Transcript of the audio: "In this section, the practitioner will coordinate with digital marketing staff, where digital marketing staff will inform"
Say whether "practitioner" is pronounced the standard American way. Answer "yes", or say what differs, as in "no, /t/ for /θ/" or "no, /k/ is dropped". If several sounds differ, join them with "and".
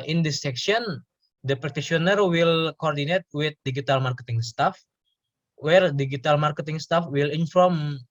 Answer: no, /ɹ/ is dropped